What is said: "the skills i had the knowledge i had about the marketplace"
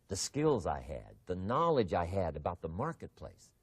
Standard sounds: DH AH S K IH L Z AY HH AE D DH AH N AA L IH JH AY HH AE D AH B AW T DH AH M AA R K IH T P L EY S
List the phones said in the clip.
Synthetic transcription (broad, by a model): DH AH S K IH L Z AY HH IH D DH AH N AA L IH JH AY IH D AH B AW T DH AH M AA R K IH T P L EY S